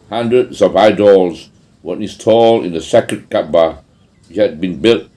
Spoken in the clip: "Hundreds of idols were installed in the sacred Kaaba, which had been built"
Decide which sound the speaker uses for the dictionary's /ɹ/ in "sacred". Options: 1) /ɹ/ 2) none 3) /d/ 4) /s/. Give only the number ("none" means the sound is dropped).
2